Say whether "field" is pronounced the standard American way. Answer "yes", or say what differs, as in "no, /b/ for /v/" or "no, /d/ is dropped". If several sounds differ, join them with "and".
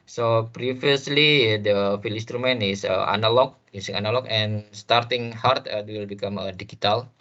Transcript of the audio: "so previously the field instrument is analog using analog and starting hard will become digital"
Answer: no, /d/ is dropped